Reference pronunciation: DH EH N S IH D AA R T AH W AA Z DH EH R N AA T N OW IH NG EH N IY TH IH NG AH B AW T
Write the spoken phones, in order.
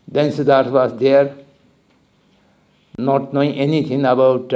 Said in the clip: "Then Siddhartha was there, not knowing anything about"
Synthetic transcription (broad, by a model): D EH N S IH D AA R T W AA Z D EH R N AA T N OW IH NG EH N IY T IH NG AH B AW T